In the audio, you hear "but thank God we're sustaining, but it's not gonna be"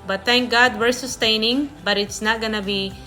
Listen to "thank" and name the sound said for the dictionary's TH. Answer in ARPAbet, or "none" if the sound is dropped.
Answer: T